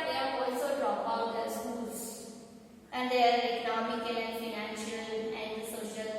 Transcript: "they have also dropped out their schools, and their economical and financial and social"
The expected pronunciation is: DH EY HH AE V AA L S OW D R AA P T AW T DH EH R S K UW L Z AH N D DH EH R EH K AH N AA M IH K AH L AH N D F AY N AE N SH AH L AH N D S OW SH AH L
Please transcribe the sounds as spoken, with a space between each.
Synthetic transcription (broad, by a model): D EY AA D AA L S OW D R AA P AW T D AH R S K UW L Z AH N D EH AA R EH K AH N AA M IH K AH L AH N D F AY N AE N SH AH L AH N D S OW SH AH L